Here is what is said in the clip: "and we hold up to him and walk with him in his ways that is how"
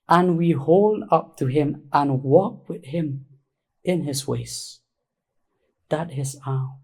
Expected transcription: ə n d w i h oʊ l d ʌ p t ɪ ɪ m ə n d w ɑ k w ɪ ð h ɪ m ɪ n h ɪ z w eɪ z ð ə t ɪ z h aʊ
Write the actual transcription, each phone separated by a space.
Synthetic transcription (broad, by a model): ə n w i h oʊ l d ʌ p t ɪ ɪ m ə n w ɑ k w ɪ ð h ɪ m ɪ n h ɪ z w eɪ s ð ə t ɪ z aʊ